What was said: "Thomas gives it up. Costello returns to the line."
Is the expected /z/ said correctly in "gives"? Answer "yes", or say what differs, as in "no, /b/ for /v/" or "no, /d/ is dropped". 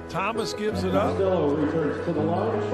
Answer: yes